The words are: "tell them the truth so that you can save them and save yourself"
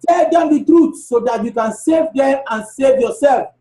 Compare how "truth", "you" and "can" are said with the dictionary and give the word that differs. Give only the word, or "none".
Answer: truth